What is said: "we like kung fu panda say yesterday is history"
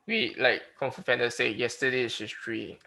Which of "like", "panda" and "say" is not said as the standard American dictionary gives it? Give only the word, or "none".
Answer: panda